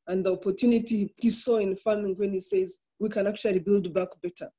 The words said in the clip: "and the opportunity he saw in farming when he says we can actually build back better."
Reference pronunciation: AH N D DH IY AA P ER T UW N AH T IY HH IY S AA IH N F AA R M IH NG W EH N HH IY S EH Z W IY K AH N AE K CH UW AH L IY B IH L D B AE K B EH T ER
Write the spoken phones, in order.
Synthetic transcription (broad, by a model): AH N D DH IY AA P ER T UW N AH T IY HH IY S AA IH N F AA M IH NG W EH N HH IY S EH Z W IY K AH N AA K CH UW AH L IY B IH L D B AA K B EH T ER